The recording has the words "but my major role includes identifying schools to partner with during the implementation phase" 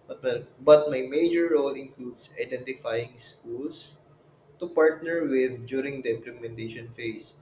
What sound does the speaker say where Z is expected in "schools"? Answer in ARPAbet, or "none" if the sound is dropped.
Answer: S